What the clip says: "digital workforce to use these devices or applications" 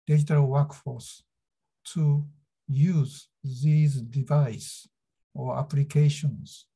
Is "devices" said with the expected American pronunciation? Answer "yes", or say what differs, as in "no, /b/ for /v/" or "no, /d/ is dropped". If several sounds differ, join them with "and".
no, /z/ is dropped